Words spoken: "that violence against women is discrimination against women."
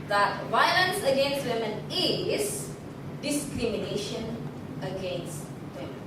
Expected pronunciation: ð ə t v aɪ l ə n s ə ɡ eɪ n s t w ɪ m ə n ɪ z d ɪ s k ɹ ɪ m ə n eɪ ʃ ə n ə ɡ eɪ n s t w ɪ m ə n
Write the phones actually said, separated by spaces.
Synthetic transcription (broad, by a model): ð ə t v aɪ l ə n s ə ɡ eɪ n s t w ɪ m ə n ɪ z d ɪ s k ɹ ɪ m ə n eɪ ʃ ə n ə ɡ eɪ n s t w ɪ m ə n